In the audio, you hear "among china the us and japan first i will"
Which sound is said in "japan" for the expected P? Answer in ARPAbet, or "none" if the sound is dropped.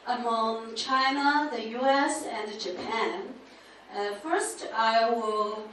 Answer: P